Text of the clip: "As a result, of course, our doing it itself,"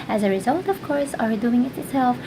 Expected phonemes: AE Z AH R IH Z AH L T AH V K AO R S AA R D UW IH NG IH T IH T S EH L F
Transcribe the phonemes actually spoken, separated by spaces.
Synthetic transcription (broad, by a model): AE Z AH R IH Z AH L T AH V K AO R S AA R D UW IH NG IH T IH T S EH L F